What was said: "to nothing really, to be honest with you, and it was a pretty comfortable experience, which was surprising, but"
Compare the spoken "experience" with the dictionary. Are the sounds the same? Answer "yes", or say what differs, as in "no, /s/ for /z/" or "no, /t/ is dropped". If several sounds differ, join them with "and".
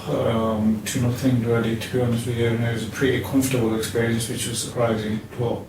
yes